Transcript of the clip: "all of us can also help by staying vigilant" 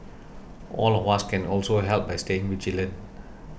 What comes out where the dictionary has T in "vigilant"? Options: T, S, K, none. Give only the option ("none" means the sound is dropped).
none